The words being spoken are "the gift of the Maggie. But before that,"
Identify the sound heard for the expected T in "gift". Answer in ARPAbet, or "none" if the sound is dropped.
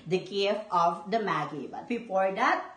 none